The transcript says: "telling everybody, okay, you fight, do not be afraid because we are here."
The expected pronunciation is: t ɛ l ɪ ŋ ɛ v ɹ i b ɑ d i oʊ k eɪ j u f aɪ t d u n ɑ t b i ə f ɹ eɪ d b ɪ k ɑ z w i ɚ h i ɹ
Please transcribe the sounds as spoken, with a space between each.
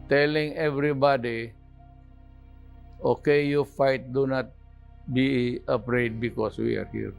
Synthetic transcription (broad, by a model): t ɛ l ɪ ŋ ɛ v ɹ i b ɑ d i oʊ k eɪ j u f aɪ t d u n ɑ t b i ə p ɹ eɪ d b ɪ k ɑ s w i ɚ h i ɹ